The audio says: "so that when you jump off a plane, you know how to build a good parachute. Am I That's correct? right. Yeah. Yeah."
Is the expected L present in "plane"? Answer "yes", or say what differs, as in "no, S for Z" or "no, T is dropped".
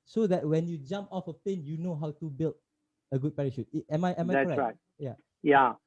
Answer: no, L is dropped